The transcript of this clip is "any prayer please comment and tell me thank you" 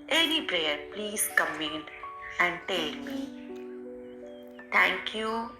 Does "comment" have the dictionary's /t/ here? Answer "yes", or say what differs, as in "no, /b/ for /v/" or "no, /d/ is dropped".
no, /t/ is dropped